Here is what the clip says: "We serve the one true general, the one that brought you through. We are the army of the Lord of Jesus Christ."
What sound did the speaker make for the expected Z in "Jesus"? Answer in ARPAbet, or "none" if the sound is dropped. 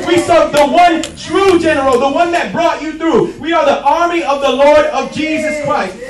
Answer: Z